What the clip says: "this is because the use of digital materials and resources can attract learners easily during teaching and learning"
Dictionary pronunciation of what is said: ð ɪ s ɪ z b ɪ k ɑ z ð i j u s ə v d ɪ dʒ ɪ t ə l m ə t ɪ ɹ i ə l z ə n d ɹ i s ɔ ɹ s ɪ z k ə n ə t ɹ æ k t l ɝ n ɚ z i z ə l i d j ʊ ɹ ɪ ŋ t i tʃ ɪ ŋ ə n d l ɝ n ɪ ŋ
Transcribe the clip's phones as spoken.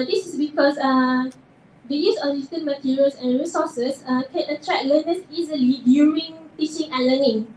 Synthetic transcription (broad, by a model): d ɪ s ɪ s b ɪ k ɑ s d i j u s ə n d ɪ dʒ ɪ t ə n m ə t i ɹ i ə l s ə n ɹ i s ɔ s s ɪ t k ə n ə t ɹ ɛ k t l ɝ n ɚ s i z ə l i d j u ɹ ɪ ŋ t i tʃ ɪ ŋ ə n l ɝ n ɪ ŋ